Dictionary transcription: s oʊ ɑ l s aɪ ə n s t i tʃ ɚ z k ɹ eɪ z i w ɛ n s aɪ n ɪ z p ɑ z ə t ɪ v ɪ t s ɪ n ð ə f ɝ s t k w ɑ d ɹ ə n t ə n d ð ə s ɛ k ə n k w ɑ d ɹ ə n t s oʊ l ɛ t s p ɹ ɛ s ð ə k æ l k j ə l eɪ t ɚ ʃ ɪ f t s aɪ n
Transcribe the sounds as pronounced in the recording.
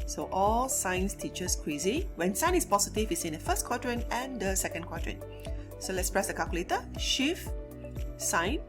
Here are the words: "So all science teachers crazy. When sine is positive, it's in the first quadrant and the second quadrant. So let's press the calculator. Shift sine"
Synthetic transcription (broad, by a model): s oʊ ɑ l s aɪ n s t i tʃ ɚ s k w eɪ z i w ɛ n s aɪ n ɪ s p ɑ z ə t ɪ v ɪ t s ɪ n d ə f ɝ s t k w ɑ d ɹ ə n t ə n d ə s ɛ k ə n k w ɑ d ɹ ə n s oʊ l ɛ t s p ɹ ɛ s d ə k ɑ l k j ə l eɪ t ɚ ʃ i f s aɪ n